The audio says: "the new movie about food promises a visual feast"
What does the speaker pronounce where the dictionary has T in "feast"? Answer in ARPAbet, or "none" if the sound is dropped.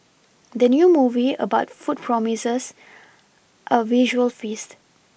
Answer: T